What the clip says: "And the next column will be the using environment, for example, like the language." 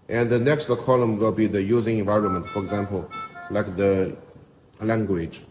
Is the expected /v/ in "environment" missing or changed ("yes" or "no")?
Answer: no